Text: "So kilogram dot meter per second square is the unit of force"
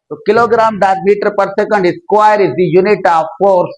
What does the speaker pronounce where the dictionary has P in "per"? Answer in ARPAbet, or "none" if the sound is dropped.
P